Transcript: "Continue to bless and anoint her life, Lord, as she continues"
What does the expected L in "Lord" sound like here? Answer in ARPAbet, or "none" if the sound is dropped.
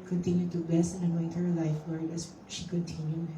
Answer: W